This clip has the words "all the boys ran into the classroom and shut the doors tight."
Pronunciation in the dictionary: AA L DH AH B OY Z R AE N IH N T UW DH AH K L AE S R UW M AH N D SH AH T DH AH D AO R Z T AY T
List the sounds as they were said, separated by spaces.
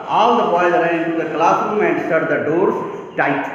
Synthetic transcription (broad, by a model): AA L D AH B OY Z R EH IH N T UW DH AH K L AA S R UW M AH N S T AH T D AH D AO R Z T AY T